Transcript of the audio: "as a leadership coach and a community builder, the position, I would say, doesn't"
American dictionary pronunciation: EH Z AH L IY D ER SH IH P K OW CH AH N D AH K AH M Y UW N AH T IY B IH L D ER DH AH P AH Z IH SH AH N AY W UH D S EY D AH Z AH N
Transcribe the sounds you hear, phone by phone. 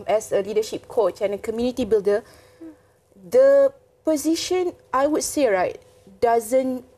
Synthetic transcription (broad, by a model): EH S AH L IY D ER SH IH P K OW CH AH N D AH K AH M Y UW N AH T IY B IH L D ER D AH P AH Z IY SH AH N AY W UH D S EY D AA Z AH N